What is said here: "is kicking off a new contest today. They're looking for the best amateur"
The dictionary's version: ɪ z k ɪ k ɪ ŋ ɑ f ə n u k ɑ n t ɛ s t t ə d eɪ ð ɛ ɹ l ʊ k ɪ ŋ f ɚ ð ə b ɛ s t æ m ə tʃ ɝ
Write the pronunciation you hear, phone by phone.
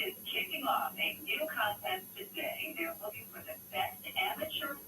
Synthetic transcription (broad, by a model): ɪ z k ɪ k ɪ ŋ ɑ f ə n u k ɑ n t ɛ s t t ə d eɪ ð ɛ ɹ w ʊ ɪ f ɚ ð ə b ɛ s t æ m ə tʃ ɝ